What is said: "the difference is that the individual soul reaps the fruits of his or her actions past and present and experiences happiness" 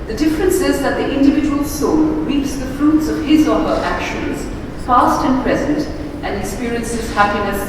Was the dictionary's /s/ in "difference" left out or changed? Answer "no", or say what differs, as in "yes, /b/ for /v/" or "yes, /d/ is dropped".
no